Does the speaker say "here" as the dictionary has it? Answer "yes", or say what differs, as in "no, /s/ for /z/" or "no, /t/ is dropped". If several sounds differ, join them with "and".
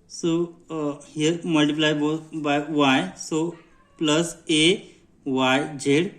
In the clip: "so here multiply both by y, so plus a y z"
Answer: yes